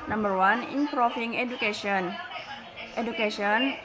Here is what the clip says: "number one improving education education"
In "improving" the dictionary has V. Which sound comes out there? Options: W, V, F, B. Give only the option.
F